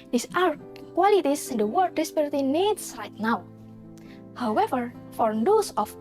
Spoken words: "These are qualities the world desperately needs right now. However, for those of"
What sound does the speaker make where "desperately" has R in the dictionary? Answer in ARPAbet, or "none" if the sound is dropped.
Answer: none